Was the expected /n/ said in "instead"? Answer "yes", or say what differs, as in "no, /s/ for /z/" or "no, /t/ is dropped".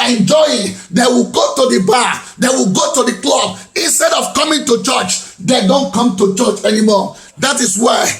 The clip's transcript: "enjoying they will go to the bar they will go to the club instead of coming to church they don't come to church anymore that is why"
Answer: yes